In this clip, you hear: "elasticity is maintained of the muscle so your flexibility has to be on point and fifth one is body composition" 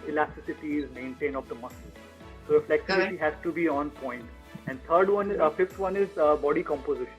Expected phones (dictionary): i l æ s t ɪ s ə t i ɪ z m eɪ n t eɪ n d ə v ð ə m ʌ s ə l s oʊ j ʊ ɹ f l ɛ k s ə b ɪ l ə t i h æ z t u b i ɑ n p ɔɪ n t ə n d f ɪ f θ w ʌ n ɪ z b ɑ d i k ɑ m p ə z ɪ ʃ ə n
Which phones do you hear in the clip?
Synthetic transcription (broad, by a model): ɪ l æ s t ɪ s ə t i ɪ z m eɪ n t eɪ n ə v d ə m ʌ s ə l s oʊ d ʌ f l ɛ k s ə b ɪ t i h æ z t u b i ɑ n p ɔɪ n t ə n d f ɪ f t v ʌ n ɪ z b ɑ d i k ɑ m p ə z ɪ ʃ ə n